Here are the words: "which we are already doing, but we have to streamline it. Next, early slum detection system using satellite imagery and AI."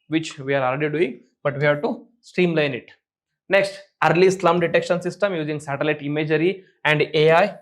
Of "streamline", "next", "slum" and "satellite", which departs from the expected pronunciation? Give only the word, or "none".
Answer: streamline